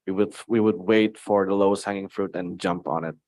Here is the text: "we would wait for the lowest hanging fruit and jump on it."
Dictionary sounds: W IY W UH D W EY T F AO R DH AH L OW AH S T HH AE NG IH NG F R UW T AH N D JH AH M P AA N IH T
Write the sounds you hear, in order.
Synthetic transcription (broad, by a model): W IY W UH D W EY T F AO R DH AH L OW AH S T HH AE NG IH NG F R UW T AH N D JH AH M P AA N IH T